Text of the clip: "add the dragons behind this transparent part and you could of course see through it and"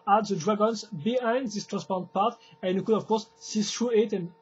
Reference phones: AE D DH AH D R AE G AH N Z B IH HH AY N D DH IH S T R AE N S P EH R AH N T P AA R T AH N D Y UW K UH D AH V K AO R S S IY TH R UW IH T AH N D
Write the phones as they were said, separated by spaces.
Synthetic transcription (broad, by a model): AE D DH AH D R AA G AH N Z B IH HH AY N D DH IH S T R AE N S P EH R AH N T P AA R T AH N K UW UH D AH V K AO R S S IY S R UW IH T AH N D